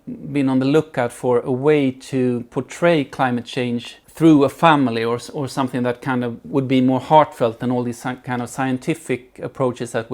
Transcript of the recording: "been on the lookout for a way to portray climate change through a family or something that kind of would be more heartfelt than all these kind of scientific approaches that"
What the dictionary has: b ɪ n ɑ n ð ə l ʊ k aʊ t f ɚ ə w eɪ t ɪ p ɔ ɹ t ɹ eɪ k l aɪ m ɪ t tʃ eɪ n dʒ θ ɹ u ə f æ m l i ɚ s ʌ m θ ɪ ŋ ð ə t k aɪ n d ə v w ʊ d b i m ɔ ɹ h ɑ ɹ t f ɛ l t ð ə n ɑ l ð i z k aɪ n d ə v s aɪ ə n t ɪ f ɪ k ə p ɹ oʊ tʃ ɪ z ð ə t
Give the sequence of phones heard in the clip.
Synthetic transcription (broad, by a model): b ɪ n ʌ n ð ə l ʊ k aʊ t f ɚ ə w eɪ t ɪ p ɔ ɹ t ɹ eɪ k l aɪ m ɪ t tʃ eɪ n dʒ θ ɹ u ə f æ m l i ɚ s ʌ m θ ɪ ŋ ð ə t k aɪ n d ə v w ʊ d b i m ɔ ɹ h ɑ ɹ t f ɛ l t ð ə n ɑ l ð i z k aɪ n d ə v s aɪ ə n t ɪ f ɪ k ə p ɹ oʊ tʃ ɪ z ð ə t